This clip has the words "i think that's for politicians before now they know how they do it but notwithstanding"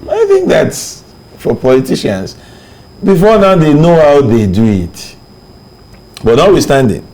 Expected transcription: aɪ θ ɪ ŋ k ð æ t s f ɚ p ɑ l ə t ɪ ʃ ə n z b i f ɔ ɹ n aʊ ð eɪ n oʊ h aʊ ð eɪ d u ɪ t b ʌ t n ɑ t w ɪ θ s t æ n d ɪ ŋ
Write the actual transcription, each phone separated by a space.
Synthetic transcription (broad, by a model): aɪ θ ɪ ŋ k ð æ t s f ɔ p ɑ l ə t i ʃ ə n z b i f ɔ n aʊ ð eɪ n oʊ h aʊ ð eɪ d u ɪ t b ʌ t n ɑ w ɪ s t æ n d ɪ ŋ